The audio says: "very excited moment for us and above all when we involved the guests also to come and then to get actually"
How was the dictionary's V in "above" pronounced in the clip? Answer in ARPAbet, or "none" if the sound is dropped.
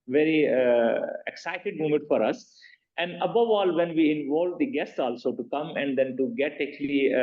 V